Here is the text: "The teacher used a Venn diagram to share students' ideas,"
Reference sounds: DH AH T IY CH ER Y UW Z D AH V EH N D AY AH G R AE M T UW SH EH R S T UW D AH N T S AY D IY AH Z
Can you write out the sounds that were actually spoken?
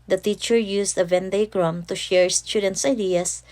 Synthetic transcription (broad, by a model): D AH T IY CH ER Y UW S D AH V EH N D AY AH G R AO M T UW SH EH R S T UW D AH N T S AY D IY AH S